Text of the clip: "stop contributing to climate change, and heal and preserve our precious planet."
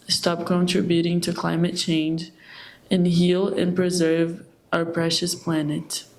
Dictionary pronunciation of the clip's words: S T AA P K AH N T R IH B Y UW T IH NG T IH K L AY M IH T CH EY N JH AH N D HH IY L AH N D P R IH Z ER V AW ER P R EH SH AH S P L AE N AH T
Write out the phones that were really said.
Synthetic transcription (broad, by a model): S T AA P K AH N T R IH B Y UW T IH NG T IH K L AY M IH T CH EY N JH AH N HH IY L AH N P R IH Z ER V AW ER P R EH SH AH S P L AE N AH T